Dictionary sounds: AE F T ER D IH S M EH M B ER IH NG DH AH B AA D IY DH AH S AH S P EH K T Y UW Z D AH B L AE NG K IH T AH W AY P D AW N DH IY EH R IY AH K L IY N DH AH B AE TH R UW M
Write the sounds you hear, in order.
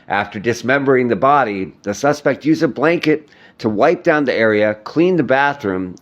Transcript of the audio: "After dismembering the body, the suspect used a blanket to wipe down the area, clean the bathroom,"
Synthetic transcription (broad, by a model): AE F T ER D IH S M EH M B ER IH NG DH AH B AA D IY DH AH S AH S P EH K T Y UW Z AH B L AE NG K IH T AH W AY P D AW N DH IY EH R IY AH K L IY N DH AH B AE TH R UW M